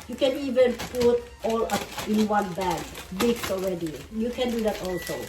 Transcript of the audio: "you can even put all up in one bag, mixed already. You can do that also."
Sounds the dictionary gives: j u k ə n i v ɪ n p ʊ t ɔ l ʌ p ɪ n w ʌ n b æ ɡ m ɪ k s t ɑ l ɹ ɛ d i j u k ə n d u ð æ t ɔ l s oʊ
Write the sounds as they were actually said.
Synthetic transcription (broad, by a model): j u k ə n i v ɪ n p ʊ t ɔ l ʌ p ɪ n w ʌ n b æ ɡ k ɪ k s ɑ l ɹ ɛ d i j u k ə n d u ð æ t ɔ l s oʊ